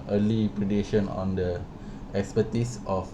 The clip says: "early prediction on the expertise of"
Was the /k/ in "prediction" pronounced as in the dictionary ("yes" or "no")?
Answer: no